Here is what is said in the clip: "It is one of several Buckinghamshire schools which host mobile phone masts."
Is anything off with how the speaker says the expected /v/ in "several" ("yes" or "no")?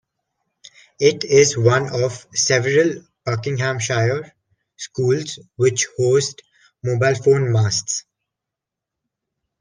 no